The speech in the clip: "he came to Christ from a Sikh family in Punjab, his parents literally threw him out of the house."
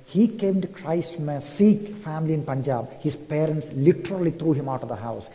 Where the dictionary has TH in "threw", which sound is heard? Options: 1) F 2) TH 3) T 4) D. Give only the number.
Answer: 3